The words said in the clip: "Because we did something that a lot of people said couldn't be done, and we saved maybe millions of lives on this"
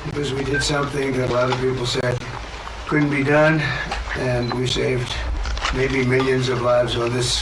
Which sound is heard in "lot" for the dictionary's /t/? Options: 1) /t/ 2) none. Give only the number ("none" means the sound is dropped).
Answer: 1